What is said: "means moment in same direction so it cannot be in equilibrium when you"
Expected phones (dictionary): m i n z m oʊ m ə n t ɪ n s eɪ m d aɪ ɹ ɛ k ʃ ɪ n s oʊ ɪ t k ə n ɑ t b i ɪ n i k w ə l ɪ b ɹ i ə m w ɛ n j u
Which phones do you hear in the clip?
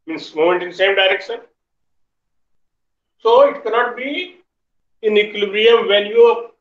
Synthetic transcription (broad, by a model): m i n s m oʊ m ə n t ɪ n s eɪ m d aɪ ɹ ɛ k ʃ ɪ n s oʊ ɪ t k ə n ɑ t b i ɪ n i k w l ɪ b ɹ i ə m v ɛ l j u